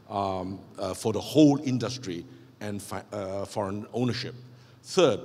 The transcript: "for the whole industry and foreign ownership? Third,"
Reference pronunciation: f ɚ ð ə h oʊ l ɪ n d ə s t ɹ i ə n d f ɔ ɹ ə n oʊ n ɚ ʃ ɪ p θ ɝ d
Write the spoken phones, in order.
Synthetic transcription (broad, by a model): f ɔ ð ə h oʊ l ɪ n d ə s t ɹ i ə n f f ɔ ɹ ə n oʊ n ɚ ʃ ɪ p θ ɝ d